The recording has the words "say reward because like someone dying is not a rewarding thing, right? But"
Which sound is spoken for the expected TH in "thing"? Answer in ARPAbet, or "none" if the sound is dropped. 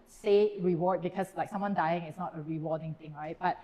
T